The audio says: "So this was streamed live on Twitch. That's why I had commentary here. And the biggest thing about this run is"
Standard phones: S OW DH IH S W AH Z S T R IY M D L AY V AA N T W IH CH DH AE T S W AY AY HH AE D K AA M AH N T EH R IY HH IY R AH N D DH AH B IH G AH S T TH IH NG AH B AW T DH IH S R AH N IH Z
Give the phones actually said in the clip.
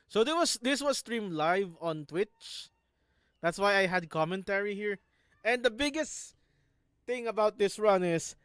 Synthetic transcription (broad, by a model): S OW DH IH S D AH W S T R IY M L AY V AA N T W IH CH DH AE T S W AY AY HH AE D K AA M AH N T EH R IY HH IY R AH N D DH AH B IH G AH S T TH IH NG AH B AW T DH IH S R AH N IH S